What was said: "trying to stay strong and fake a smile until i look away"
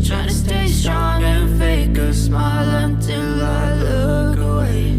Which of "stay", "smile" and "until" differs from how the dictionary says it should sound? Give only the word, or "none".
none